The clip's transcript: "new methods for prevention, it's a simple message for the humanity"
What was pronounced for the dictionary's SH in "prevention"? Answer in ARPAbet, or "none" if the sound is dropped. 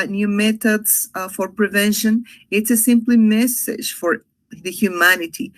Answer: SH